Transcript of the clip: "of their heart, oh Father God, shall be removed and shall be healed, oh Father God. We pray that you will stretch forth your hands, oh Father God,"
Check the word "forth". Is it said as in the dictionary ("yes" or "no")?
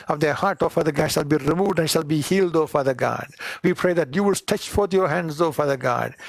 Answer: no